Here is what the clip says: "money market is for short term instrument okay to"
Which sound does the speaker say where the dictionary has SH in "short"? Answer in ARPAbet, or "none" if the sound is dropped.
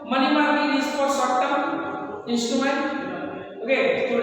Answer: S